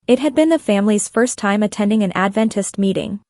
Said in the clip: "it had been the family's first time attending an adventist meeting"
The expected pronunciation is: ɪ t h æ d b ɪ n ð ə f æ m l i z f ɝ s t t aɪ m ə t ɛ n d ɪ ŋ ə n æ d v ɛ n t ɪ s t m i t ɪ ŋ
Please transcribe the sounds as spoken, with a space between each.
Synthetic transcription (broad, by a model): ɪ t h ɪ d b ɪ n ð ə f æ m l i z f ɝ s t t aɪ m ə t ɛ n d ɪ ŋ ə n æ d v ɛ n t ɪ s t m i t ɪ ŋ